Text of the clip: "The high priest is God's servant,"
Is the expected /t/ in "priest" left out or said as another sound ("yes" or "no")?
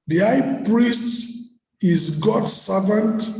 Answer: no